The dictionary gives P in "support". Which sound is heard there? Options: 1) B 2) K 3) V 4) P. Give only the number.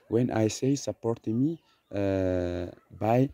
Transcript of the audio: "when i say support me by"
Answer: 4